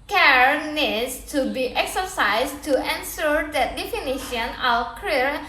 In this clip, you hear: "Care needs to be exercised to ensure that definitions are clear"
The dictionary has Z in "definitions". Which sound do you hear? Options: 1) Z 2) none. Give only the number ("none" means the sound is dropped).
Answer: 2